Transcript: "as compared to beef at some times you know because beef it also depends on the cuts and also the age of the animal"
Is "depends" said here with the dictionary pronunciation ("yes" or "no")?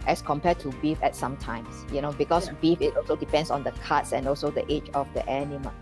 no